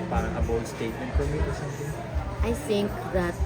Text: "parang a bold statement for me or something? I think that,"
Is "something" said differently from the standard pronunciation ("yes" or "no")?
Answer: yes